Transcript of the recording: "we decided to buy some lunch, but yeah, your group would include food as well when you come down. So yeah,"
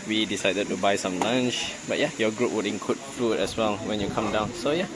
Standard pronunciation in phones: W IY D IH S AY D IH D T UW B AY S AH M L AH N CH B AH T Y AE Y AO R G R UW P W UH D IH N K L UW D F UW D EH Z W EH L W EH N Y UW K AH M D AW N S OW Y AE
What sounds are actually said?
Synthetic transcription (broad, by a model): W IY D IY S AY D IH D T UW B AY S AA M L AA N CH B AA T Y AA Y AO G R UW P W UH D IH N K UW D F UW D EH S W EH L W EH N Y UW K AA M D AW N S OW Y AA